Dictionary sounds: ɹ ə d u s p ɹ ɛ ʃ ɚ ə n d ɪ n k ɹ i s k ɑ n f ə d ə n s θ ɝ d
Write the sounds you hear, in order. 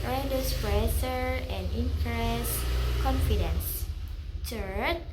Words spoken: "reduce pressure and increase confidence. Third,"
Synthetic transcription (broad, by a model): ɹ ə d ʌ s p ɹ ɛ s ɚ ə n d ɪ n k ɹ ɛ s k ɑ n f ə d ə n s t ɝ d